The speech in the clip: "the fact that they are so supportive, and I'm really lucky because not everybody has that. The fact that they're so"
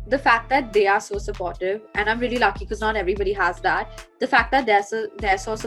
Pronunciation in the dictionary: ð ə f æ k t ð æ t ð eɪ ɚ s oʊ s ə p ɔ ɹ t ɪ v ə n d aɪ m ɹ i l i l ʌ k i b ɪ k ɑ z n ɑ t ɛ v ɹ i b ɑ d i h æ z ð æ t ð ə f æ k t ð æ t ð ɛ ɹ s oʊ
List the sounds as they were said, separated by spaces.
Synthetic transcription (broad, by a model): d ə f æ k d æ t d eɪ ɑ s oʊ s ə p ɔ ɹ t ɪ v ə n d aɪ m ɹ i i l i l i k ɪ k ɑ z n ɑ t ɛ v ɹ i b ɑ d i h æ z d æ t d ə f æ k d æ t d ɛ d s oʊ